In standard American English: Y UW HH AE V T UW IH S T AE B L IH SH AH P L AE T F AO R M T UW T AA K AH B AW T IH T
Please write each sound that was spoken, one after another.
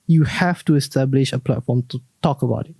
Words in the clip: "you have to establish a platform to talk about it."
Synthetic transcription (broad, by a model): Y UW HH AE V T UW IH S T AE B L IH SH AH P L AE T F AO R M T UW T AA K AH B AW T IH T